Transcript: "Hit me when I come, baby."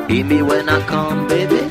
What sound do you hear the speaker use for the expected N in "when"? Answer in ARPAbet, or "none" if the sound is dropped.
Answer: N